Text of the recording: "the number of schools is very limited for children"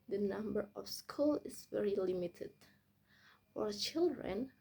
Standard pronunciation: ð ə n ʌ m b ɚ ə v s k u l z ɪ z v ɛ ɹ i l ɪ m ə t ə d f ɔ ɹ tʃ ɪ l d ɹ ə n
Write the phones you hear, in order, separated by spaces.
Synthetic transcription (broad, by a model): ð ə n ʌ m b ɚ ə f s k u l ɪ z v ɛ ɹ i l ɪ m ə t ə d f ɔ ɹ tʃ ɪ l d ɹ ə n